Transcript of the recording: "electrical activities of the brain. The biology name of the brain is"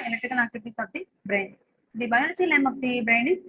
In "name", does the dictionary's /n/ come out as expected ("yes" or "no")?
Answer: no